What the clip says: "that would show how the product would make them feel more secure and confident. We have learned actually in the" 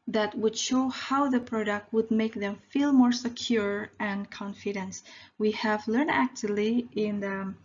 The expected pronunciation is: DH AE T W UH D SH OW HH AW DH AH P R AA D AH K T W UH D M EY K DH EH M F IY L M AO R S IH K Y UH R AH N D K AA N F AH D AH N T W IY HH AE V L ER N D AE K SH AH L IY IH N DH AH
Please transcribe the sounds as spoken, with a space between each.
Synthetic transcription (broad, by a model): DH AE T W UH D SH OW HH AW DH AH P R AA D AH K T W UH D M EY K DH EH M F IY L M AO R S IH K Y UH R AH N K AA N F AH D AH N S W IY HH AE V L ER N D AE K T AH L IY IH N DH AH